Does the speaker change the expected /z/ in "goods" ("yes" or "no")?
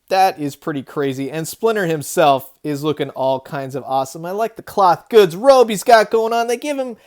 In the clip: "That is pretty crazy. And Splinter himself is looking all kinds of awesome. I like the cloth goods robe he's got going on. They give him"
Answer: no